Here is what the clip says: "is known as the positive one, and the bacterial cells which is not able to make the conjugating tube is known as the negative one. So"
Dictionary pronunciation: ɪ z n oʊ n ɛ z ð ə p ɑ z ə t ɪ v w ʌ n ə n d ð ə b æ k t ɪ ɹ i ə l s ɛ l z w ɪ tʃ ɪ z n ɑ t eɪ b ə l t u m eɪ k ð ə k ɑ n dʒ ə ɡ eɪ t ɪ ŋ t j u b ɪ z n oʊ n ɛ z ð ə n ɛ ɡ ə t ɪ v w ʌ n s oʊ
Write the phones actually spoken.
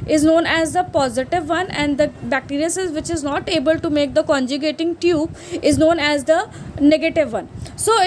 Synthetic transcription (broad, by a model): ɪ z n oʊ n ɛ z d ə p ɑ z ə t ɪ v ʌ n ə n d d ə b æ k t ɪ ɹ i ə s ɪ z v ɪ tʃ ɪ z n ɑ t eɪ b ə l t u m eɪ k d ə k ɑ n dʒ ə ɡ eɪ t ɪ ŋ t j u b ɪ z n oʊ n ɛ z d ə n ɛ ɡ ə t ɪ v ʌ n s oʊ